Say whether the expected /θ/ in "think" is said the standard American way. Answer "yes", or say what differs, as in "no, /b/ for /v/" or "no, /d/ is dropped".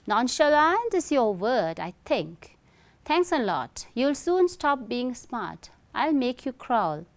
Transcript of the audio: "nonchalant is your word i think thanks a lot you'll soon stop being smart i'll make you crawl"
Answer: no, /t/ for /θ/